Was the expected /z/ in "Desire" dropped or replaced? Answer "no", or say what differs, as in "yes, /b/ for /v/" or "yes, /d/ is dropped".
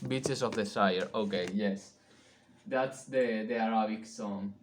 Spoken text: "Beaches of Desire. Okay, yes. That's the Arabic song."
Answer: yes, /s/ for /z/